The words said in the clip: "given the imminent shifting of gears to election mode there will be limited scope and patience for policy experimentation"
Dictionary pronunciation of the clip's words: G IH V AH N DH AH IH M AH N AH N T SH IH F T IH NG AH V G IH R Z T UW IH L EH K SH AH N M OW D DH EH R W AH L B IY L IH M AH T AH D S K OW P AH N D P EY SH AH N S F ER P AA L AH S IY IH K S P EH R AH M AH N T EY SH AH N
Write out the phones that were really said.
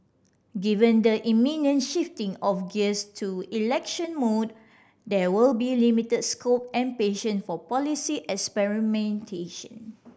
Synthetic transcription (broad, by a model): G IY V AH N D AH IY M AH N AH N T SH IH F T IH NG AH F G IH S T UW IH L EH K SH AH N M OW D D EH W AH L B IY L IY M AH T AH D S K OW P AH N P EY SH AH N F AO P AA L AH S IY IH K S P EH R AH M AH N T EY SH AH N